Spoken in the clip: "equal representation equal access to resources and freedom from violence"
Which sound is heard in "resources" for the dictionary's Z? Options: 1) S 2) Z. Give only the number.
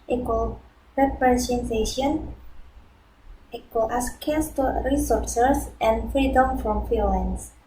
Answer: 1